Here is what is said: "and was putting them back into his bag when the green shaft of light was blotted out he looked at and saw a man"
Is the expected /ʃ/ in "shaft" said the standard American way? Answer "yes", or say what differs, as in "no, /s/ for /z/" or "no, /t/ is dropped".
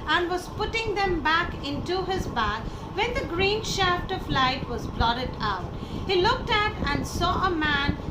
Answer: yes